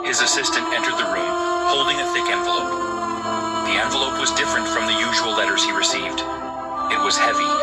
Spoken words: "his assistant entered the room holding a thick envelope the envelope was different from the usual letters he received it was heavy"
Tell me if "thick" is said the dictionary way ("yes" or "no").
yes